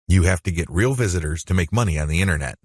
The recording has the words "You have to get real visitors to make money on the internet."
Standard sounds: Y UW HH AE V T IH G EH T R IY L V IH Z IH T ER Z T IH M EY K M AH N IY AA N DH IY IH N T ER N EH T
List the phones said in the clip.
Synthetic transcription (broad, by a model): Y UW HH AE F T IH G EH T R IY L V IH Z IH T ER Z T IH M EY K M AH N IY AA N DH IY IH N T ER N EH T